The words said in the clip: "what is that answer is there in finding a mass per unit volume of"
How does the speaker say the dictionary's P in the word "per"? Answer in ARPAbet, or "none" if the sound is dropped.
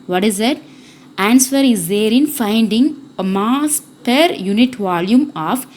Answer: P